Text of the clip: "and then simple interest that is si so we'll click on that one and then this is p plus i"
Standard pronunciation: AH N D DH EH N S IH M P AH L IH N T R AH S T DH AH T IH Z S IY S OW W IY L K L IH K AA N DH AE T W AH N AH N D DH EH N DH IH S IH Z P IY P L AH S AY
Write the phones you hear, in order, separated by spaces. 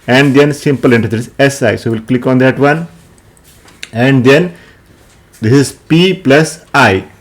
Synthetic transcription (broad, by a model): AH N D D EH N S IH M P AH L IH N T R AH T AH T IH S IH S OW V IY L K L IH K AA N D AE T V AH N AH N D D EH N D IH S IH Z P IY P L AH S AY